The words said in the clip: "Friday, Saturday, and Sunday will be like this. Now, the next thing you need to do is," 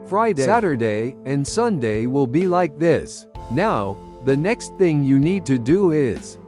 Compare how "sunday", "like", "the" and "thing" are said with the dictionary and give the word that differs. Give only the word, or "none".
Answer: none